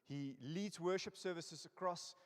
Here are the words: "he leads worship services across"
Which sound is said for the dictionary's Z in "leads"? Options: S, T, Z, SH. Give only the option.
Z